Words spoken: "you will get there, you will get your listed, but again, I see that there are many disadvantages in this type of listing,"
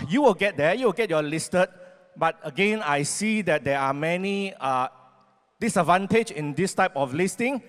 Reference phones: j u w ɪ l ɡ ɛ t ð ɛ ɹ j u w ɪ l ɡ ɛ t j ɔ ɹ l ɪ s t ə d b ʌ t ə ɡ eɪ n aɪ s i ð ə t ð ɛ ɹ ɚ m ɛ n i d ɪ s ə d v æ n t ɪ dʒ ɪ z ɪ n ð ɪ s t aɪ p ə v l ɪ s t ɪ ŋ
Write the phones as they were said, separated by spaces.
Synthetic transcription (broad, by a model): j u w ɪ l ɡ ɛ t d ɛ j u w ɪ l ɡ ɛ t j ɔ l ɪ s t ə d b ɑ t ə ɡ eɪ n aɪ s i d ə t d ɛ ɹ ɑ m ɛ n i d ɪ s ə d v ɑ n t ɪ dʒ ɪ ɪ n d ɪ s t aɪ p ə f l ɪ s t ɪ ŋ